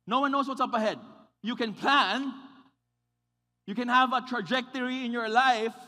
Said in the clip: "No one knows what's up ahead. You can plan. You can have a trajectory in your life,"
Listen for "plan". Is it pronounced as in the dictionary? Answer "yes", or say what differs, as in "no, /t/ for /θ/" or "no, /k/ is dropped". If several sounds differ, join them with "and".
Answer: yes